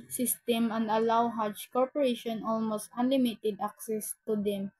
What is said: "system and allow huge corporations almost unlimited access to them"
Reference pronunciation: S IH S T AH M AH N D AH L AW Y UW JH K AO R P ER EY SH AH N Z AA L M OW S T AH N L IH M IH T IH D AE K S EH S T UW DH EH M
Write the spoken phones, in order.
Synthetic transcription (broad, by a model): S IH S T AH M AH N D AH L AW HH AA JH K AO R P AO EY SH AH N AA L M OW S T AH N L IH M IH T IH D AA K S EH S T UW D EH M